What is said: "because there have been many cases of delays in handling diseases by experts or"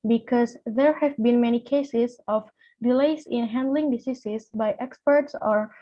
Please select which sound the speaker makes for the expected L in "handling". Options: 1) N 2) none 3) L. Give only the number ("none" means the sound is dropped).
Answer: 3